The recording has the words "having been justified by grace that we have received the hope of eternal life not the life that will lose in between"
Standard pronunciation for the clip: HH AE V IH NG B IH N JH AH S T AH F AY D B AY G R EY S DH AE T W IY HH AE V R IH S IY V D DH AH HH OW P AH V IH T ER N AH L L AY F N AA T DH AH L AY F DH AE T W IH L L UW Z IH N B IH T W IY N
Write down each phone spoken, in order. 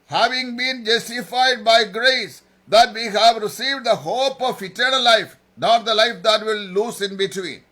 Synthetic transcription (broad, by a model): HH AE V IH NG B IH N JH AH S T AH F AY D B AY G R EY S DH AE T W IY HH AE V R IH S IY V D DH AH HH OW P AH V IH T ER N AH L L AY F N AA T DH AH L AY F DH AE T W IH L L UW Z IH N B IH T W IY N